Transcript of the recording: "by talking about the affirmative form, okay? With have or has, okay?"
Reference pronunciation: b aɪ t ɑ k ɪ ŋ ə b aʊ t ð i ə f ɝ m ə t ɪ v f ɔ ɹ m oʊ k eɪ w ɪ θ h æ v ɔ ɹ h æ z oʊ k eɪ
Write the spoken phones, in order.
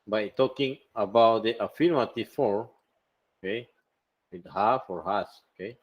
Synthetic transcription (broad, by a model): b aɪ t ɑ k ɪ ŋ ə b aʊ t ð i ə f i m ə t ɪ f ɔ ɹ oʊ k eɪ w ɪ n h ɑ f ɔ ɹ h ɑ s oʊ k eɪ